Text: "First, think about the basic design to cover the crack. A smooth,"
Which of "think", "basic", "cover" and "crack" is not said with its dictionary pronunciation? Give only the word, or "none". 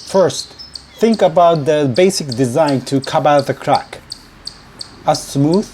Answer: cover